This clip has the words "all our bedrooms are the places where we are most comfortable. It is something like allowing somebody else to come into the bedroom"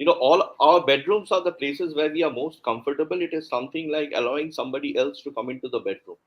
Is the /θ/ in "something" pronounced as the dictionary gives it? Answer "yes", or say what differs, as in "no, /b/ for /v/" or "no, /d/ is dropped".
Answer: no, /t/ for /θ/